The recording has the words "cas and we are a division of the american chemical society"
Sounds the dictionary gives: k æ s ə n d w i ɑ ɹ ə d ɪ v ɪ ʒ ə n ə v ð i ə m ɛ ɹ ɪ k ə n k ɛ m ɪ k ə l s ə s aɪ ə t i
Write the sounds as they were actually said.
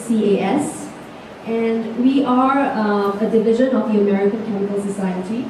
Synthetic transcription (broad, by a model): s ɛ s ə n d w i ɑ ɹ ə d ɪ v ɪ ʒ ə n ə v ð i ə m ɛ ɹ ɪ k ə n k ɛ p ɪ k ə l s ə s aɪ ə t i